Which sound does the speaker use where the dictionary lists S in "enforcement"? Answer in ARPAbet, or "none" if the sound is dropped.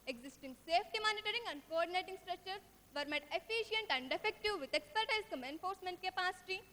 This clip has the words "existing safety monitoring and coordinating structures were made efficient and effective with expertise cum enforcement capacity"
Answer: S